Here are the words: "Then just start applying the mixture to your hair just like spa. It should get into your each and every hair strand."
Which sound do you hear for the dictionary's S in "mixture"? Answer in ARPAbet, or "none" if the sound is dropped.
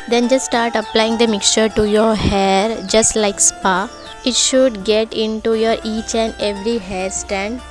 S